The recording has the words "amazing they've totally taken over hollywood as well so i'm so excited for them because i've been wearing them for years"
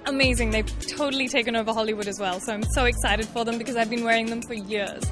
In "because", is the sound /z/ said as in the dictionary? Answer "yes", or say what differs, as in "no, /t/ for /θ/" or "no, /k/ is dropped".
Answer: yes